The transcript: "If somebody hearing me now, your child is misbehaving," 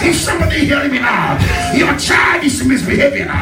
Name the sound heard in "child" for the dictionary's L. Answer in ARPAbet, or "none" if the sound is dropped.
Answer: none